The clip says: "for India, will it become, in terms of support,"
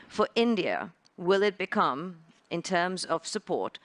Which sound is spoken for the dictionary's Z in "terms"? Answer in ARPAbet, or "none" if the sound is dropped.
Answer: Z